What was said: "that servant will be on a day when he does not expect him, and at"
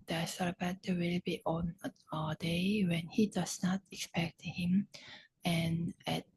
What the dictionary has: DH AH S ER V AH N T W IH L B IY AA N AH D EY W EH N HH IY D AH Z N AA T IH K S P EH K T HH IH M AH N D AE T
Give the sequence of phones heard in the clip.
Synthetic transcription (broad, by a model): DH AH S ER B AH T W IH L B IY AA N AH D EY W EH N HH IY D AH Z N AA T IH K S P EH K T HH IH M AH N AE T